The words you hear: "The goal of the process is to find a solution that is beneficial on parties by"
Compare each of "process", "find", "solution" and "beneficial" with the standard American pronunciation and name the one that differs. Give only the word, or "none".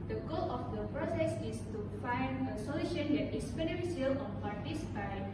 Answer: beneficial